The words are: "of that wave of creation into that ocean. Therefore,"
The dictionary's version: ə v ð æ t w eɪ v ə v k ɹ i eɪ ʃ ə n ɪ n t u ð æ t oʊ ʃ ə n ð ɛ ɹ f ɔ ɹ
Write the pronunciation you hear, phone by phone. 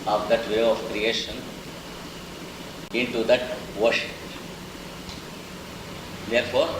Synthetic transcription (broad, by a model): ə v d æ t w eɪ ə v k ɹ i eɪ ʃ ə n ɪ n t u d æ t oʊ ʃ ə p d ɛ ɹ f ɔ ɹ